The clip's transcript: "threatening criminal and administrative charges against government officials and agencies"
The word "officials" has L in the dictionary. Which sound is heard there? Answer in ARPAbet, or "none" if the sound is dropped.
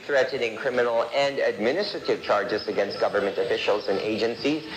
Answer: L